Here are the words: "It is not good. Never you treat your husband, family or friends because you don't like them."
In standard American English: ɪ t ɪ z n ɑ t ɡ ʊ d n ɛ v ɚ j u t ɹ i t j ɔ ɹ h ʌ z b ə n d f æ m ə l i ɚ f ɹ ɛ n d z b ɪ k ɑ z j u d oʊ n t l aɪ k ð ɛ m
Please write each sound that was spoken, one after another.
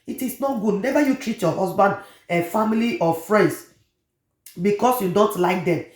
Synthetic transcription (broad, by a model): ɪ t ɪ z n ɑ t ɡ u d n ɛ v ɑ j u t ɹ i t j ɔ h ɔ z b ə n d f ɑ m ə l i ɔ f ɹ ɛ n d s b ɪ k ɑ s j u d oʊ n t l aɪ k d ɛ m